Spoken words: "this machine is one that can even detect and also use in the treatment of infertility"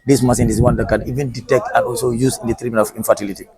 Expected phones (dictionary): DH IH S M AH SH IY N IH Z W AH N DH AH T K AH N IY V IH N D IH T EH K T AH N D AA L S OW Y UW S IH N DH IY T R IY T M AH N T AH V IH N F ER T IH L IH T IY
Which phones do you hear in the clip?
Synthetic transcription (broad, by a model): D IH S M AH S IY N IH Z W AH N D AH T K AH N IY V IH N D IH T EH K T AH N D AA L S OW Y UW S IH N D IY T R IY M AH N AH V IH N F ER T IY L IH T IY